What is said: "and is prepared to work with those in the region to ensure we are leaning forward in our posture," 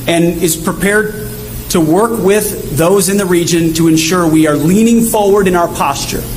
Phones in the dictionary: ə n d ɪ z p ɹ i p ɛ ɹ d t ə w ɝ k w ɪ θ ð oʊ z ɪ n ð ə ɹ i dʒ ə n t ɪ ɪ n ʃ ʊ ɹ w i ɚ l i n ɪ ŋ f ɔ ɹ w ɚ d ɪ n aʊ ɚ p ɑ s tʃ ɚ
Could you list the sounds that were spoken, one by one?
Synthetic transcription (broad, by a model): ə n ɪ z p ɹ i p ɛ ɹ d t ə w ɝ k w ɪ ð oʊ z ɪ n ð ə ɹ i dʒ ə n t ɪ ɪ n ʃ ʊ ɹ w i ɚ l i n ɪ ŋ f ɔ ɹ w ɚ d ɪ n aʊ ɚ p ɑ s tʃ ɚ